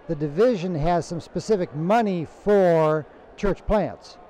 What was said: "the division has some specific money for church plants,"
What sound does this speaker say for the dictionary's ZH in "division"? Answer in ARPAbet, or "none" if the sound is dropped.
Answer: ZH